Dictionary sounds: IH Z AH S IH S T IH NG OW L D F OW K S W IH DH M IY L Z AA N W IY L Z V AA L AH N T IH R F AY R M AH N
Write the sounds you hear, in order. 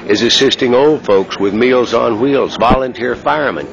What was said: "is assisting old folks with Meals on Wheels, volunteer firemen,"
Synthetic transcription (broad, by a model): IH Z AH S IH S T IH NG OW L D F OW K S W IH DH M IY L Z N W IY L Z V AA L AH N T IH R F AY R M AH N